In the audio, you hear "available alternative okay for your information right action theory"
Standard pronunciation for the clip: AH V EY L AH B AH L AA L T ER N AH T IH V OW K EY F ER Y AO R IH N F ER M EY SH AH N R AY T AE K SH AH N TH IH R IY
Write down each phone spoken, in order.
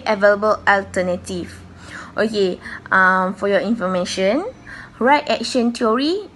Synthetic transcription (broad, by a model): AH V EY L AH B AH L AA L T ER N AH T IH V OW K EY F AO Y AO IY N F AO M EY SH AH N R AY T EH K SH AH N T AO R IY